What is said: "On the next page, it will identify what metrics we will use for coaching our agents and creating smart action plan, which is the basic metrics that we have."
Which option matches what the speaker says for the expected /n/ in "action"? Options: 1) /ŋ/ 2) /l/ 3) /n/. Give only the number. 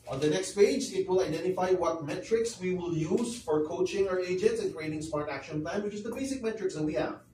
3